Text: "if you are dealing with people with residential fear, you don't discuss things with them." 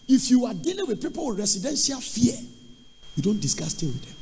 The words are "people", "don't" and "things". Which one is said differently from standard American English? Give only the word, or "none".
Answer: things